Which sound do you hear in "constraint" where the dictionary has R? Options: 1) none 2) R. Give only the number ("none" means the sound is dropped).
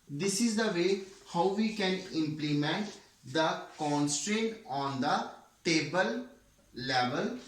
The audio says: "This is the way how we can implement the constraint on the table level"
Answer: 2